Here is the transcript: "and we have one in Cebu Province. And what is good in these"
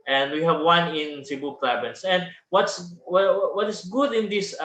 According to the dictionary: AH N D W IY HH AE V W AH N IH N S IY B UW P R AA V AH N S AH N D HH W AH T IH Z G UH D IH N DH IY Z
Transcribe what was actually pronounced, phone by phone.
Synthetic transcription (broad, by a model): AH N D W IY HH AE V W AH N IH N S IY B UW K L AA B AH N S AH N D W W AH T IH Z G UH D IH N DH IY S